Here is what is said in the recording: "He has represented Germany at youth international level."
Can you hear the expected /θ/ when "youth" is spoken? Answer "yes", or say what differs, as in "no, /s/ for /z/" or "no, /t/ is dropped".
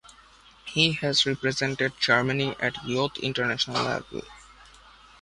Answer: no, /t/ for /θ/